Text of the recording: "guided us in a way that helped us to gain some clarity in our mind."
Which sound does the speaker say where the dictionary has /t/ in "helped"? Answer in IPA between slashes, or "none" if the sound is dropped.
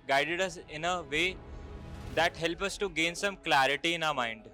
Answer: none